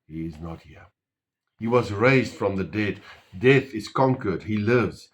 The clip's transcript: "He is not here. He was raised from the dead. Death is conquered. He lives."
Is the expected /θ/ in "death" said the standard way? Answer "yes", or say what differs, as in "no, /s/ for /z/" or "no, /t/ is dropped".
yes